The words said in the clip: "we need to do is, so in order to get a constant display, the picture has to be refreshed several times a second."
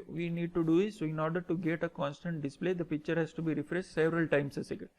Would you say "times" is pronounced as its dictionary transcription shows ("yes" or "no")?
no